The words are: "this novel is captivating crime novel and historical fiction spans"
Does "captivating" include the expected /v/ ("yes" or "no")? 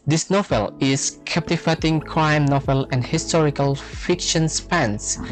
no